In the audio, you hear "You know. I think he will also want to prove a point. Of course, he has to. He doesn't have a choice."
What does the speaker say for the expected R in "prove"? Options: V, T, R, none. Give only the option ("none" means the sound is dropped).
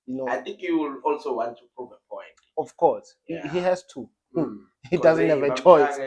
none